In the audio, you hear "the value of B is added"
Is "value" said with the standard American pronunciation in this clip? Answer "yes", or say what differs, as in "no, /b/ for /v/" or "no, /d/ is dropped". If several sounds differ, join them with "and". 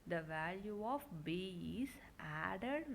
yes